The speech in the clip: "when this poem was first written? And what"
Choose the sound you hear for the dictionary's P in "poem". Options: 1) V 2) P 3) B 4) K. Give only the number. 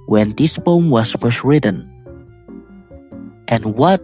3